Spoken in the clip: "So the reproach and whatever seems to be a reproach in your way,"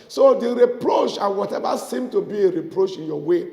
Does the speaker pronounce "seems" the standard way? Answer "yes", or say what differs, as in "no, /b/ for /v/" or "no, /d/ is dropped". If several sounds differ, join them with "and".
no, /z/ is dropped